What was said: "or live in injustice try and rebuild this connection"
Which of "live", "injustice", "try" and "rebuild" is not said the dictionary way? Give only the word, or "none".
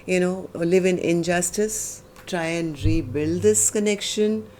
none